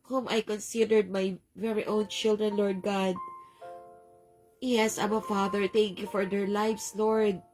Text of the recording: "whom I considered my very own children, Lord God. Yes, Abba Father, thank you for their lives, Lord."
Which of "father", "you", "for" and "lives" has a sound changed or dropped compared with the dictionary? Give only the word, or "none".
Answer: lives